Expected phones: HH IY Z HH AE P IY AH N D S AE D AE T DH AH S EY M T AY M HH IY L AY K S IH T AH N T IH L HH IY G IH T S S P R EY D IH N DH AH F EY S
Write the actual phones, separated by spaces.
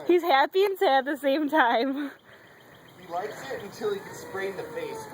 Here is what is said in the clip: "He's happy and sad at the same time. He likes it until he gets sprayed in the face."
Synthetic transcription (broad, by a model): HH IY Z HH AE P IY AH N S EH IH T DH AH S EY M T AY M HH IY L AY K S IH T AH N T IH L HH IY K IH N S S P R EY IH N DH AH F EY S